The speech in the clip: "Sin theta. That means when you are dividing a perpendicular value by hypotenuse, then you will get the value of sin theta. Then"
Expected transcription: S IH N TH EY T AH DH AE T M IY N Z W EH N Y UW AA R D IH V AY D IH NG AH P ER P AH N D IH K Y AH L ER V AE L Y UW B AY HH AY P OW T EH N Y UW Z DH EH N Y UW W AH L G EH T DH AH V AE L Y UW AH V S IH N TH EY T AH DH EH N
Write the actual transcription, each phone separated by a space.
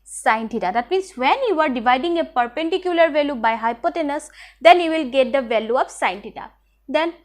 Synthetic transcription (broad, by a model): S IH N T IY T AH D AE T M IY N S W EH N Y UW AA R D IH V AY D IH NG AH P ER P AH N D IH K Y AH L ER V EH L Y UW B AY HH AY P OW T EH N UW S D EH N Y UW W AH L G EH T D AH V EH L Y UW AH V S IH N T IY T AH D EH N